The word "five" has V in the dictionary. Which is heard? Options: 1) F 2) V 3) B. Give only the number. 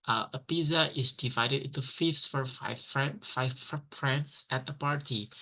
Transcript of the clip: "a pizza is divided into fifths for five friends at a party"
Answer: 1